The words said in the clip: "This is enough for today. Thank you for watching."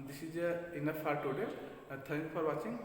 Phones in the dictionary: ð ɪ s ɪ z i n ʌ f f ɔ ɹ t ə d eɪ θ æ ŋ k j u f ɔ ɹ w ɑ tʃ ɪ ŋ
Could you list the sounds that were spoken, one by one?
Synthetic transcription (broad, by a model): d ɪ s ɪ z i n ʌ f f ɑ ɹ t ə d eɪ t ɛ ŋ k f ɔ ɹ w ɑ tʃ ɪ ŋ